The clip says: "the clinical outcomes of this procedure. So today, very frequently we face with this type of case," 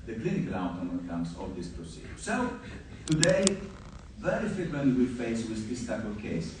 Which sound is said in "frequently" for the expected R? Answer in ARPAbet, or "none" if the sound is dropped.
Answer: none